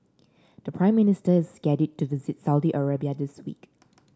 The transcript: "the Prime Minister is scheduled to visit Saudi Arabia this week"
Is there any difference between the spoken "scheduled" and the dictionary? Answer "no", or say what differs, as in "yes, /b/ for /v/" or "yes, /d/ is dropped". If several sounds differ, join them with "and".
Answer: yes, /l/ is dropped